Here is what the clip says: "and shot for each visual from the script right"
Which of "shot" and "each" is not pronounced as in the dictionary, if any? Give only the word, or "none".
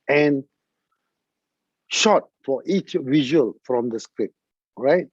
none